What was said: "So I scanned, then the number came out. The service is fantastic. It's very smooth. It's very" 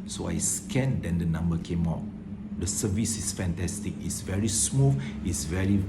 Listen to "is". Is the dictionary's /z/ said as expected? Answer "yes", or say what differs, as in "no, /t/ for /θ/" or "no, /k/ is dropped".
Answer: no, /s/ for /z/